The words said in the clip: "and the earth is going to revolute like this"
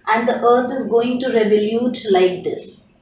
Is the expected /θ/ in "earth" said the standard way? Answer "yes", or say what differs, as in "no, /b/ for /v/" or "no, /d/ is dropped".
no, /t/ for /θ/